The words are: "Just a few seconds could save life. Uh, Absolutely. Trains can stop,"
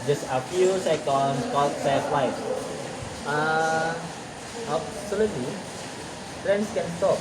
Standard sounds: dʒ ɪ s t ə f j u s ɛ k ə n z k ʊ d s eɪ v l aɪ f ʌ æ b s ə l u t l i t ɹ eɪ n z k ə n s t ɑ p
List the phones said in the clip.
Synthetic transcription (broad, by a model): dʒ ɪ s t ə f j u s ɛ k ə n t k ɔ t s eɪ f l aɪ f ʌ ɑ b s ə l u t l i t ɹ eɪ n s k ə n s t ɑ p